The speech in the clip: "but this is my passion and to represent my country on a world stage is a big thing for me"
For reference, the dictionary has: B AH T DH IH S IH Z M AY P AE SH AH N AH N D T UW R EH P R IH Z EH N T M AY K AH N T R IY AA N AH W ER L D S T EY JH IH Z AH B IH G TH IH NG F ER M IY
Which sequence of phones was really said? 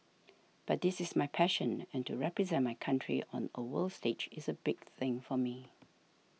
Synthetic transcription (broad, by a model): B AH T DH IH S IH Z M AY P AE SH AH N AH N T UW R EH P R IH Z EH N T M AY K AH N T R IY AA N AH W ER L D S T EY JH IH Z AH B IH G TH IH NG F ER M IY